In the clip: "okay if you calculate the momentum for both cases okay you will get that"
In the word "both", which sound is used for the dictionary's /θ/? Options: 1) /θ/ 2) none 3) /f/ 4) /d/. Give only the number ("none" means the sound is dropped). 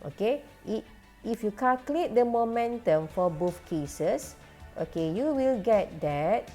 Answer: 3